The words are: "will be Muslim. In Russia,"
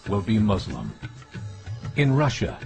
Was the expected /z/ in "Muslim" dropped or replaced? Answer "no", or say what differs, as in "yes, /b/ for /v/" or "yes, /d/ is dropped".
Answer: no